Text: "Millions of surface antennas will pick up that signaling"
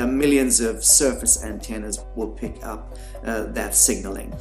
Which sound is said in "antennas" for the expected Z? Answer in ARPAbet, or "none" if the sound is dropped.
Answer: Z